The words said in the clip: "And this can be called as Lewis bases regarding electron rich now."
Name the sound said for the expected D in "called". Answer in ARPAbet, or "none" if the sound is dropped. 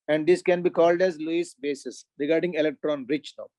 D